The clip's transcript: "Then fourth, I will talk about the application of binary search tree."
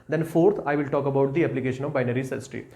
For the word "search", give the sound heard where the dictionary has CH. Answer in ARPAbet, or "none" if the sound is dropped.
S